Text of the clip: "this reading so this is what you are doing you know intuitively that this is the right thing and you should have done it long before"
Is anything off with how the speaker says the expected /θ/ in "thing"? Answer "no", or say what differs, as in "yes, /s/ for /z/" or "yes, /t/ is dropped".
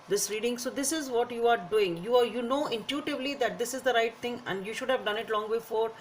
yes, /t/ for /θ/